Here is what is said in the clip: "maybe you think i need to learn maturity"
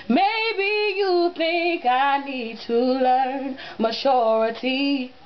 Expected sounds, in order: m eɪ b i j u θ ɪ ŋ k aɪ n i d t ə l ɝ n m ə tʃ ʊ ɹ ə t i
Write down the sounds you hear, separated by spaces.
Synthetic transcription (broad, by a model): m eɪ b i j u θ ɪ ŋ k aɪ n i d t ə l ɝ n m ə tʃ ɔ ɹ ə t i